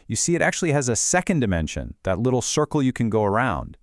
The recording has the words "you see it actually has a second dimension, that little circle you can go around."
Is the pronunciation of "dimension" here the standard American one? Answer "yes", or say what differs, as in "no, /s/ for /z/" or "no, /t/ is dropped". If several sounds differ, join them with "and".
yes